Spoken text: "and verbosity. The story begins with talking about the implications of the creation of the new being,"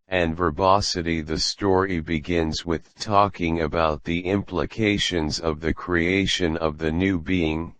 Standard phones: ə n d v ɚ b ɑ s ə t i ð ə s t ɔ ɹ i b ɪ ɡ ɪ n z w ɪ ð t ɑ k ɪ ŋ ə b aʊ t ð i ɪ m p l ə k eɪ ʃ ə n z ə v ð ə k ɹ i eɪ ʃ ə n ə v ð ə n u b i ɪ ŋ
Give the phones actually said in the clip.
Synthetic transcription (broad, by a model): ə n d v ɚ b ɑ s ə t i ð ə s t ɔ ɹ i b ɪ ɡ ɪ n z w ɪ ð t ɑ k ɪ ŋ ə b aʊ t ð i ɪ m p l ə k eɪ ʃ ə n z ə v ð ə k ɹ i eɪ ʃ ə n ə v ð ə n u b i ɪ ŋ